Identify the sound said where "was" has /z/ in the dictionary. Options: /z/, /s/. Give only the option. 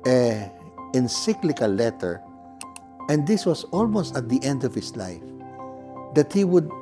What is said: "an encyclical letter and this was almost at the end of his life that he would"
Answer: /s/